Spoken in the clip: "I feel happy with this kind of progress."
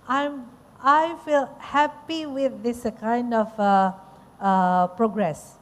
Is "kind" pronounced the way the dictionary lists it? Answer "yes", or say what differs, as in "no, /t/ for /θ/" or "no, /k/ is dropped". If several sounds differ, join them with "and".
yes